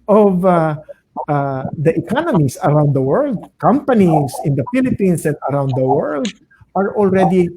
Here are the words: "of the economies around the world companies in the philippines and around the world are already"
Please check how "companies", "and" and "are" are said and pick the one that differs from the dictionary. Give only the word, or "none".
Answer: companies